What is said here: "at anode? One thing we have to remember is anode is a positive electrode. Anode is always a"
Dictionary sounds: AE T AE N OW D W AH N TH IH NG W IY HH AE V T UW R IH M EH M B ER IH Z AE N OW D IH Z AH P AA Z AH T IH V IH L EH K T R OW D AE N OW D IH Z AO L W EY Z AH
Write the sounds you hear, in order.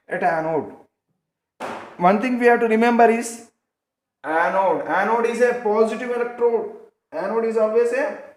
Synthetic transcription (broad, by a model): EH T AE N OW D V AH N T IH NG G IY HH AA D T UW R IH M EH M B ER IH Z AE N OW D IH Z AH P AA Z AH T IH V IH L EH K T R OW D AE N OW D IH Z AO L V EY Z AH